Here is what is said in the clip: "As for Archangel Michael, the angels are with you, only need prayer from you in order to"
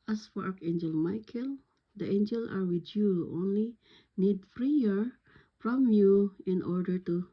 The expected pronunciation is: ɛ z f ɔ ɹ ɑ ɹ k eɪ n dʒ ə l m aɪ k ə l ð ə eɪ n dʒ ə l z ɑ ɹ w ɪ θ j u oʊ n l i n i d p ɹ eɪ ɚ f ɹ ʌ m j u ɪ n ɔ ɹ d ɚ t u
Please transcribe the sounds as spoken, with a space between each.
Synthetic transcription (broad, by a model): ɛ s f ɔ ɹ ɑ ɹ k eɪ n dʒ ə l m aɪ k ə l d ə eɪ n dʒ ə l s ɑ ɹ w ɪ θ j u oʊ n l i n i d f ɹ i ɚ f ɹ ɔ m j u ɪ n ɔ ɹ d ɚ t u